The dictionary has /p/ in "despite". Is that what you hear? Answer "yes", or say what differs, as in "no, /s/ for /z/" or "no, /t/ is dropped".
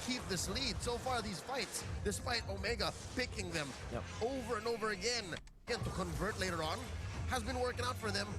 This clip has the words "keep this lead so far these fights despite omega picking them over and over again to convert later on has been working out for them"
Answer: no, /f/ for /p/